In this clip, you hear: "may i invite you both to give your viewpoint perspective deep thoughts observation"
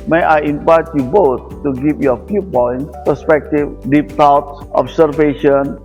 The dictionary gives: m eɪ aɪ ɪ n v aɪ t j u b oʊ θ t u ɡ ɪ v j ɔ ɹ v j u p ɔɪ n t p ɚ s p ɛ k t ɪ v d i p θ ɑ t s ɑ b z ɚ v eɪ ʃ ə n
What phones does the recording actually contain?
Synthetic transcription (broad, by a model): m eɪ aɪ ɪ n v aɪ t j u b oʊ t t u ɡ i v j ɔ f j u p ɔɪ n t p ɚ s p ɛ k t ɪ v d i p t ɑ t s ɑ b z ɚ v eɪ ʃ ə n